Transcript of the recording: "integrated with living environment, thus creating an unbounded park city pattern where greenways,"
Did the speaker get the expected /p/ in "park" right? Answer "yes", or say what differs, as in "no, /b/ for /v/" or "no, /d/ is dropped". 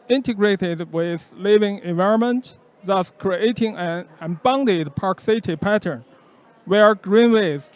yes